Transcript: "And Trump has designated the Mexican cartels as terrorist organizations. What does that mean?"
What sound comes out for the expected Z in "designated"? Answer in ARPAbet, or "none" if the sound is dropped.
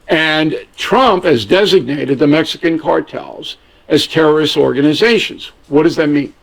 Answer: Z